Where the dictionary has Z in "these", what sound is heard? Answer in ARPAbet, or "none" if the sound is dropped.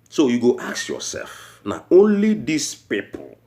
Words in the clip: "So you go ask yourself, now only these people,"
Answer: S